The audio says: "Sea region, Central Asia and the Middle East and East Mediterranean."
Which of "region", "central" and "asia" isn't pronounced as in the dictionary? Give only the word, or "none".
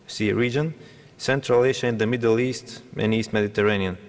asia